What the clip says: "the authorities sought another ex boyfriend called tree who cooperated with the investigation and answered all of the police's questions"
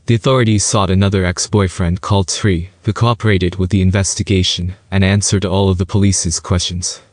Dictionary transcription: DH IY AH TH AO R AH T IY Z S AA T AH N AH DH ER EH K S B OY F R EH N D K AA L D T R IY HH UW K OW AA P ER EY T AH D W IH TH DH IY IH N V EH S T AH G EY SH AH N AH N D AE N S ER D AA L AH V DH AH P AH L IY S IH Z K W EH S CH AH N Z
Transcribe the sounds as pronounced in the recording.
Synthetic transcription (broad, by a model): DH IY AH TH AO R AH T IY Z S AA T AH N AH DH ER EH K S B OY F R EH N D K AA L D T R IY HH UW K OW AA P ER EY T AH D W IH DH IY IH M V EH S T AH G EY SH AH N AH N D AE N S ER D AA L AH V DH AH P AH L IY S IH Z K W EH S CH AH N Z